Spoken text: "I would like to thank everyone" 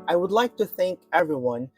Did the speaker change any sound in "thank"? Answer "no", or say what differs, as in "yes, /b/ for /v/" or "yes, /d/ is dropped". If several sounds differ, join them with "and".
no